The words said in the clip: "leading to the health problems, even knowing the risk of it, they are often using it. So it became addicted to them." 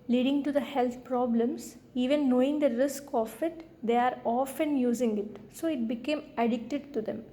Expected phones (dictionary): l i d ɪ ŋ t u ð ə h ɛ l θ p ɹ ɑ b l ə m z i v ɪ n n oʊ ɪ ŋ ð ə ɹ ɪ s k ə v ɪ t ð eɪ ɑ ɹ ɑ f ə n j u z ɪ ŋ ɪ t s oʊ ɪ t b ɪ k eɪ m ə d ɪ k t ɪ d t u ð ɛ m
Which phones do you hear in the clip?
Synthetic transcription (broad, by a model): l i d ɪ ŋ t u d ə h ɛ l t p ɹ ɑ b l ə m s i v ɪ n n oʊ ɪ ŋ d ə ɹ ɪ s k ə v ɪ t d eɪ ɑ ɹ ɑ f ə n j u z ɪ ŋ ɪ t s oʊ ɪ t b ɪ k eɪ m ə d ɪ k t ɪ d t u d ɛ m